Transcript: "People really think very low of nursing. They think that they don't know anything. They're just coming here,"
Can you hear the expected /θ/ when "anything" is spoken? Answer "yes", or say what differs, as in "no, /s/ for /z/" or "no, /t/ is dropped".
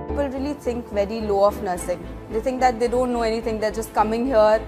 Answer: no, /t/ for /θ/